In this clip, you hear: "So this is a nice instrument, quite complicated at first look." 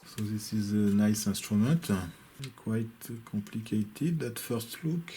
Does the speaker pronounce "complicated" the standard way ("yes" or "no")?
no